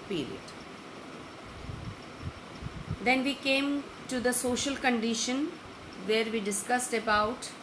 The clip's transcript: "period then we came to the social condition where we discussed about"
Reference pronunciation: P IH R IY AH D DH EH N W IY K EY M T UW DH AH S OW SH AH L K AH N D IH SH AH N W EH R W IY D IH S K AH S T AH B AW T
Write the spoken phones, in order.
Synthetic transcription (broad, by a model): P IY R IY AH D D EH N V IY K EY M T UW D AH S OW SH AH L K AH N D IH SH AH N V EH R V IY D IH S K AH S T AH B AW T